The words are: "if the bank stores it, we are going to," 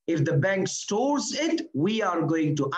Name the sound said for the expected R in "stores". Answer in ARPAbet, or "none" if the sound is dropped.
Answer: R